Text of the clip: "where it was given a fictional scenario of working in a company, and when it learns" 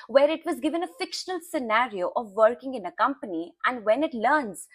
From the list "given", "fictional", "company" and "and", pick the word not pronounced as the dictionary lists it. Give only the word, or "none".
none